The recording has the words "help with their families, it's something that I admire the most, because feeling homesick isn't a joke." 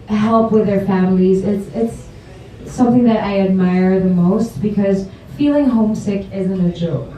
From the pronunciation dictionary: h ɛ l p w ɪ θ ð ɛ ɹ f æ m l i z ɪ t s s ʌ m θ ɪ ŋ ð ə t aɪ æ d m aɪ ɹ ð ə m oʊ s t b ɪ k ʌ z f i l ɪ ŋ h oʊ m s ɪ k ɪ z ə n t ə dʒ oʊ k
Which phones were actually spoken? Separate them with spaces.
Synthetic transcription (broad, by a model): h ɛ l p w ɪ ð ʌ ɹ f æ m l i z ɪ t s s ʌ m θ ɪ ŋ ð ə t aɪ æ d m aɪ ɹ ð ə m oʊ s t b ɪ k ʌ z f i l ɪ ŋ h oʊ m s ɪ k ɪ z ə n t ə dʒ oʊ k